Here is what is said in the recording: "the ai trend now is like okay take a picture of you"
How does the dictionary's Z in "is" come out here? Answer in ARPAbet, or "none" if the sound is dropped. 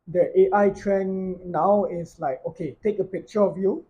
S